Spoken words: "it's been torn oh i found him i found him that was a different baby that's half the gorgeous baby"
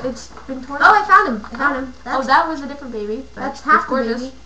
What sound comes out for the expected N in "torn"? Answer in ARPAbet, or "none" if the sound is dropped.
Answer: none